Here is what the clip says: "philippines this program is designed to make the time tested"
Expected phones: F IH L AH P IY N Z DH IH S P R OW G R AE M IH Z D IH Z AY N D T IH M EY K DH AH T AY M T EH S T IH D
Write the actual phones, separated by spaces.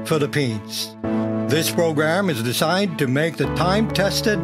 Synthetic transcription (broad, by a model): F IH L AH P IY N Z DH IH S P R OW G R AE M IH Z D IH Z AY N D T IH M EY K DH AH T AY M T EH S T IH D